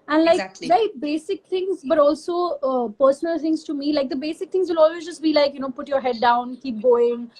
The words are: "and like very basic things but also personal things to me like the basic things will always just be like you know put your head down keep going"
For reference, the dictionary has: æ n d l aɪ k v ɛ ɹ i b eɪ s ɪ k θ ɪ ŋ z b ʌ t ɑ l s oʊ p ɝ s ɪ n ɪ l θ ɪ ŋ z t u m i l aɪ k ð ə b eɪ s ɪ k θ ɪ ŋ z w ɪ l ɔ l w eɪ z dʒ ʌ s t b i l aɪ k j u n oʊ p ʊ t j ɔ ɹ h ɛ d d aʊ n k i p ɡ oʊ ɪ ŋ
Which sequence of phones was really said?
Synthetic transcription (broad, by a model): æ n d l aɪ k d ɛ i b eɪ s ɪ k t ɪ ŋ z b ʌ t ɑ l s oʊ p ɝ s ɪ n ɪ l t ɪ ŋ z t u m i l aɪ k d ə b eɪ s ɪ k t ɪ ŋ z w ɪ l ɔ l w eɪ z dʒ ʌ s t b i l aɪ k j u n oʊ p ʊ t j ɔ ɹ h ɛ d d aʊ n k i p ɡ oʊ ɪ ŋ